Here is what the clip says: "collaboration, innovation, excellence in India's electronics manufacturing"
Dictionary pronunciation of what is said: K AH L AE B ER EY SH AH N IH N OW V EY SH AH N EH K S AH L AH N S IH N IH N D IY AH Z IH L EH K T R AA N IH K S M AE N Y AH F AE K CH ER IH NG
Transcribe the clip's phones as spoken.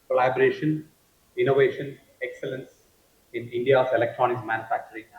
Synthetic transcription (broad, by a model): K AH L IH B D EY SH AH N IH N OW V EY SH AH N EH K S AH L AH N S IH N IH N D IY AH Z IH L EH K T R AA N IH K M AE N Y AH F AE K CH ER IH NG